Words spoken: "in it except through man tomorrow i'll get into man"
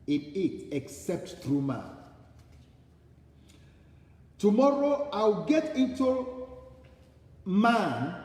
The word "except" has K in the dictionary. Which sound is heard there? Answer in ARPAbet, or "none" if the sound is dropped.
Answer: K